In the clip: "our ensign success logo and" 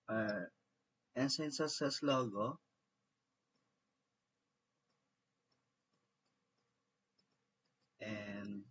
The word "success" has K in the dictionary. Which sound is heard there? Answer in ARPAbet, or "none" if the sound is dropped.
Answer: none